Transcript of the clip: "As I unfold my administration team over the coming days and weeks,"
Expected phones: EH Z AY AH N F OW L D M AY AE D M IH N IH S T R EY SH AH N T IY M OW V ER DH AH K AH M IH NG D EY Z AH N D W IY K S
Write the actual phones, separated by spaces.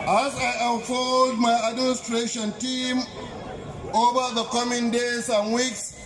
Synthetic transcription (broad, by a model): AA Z AY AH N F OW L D M AY AE D M IH N IH S T R EY SH AH N T IY M OW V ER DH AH K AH M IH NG D EY S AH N W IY K S